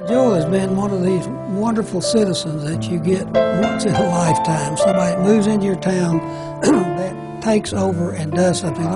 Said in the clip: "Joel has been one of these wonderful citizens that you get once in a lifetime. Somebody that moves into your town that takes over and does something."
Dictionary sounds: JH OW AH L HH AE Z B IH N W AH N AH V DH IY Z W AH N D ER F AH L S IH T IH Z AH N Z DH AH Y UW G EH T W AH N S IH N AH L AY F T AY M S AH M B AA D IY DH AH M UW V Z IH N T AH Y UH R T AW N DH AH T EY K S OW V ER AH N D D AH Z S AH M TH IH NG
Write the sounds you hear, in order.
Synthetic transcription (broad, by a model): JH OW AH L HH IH Z B IH N W AH N AH V DH IY Z W AH N D ER F L S IH T IH Z AH N Z DH AH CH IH G EH T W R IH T AH L AY F T AY M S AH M AA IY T M UW V Z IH N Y AH R T AW N DH AH T EY K S OW V ER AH N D D AH Z S AH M TH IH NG